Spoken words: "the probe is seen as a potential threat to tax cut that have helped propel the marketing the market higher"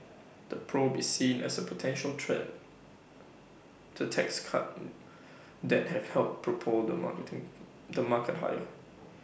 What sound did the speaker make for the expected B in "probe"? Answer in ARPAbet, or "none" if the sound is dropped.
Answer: B